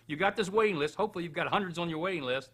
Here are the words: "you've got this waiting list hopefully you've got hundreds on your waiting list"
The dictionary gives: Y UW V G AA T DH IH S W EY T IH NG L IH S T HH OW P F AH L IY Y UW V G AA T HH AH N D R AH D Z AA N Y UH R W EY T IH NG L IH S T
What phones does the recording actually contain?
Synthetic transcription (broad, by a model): Y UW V G AA T DH IH S W EY T IH NG L IH S T HH OW P F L IY Y UW V G AA T HH AH N D R AH D Z N Y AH R W EY T IH NG L IH S T